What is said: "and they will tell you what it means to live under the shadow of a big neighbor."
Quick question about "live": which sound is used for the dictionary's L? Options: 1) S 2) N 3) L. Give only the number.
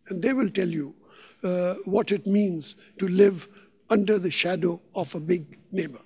3